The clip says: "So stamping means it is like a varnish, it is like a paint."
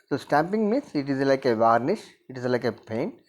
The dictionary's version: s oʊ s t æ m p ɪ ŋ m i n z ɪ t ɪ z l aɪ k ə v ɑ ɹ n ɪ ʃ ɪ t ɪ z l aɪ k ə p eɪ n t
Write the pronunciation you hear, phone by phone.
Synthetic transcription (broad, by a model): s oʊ s t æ m p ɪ ŋ m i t ɪ t ɪ z l aɪ k ə v ɑ ɹ n ɪ ʃ ɪ t ɪ z l aɪ k ə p eɪ n